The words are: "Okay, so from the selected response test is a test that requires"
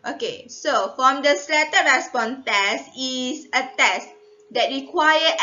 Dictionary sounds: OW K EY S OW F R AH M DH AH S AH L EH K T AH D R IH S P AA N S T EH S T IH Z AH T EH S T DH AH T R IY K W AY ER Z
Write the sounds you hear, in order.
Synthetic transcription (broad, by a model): OW K EY S OW F R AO M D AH S L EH T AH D R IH S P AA N T EH S T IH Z AH T EH S T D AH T R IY K W AY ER